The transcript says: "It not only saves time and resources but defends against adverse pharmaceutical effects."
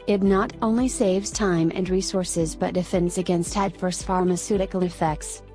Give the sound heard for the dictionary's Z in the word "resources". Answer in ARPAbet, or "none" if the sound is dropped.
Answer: Z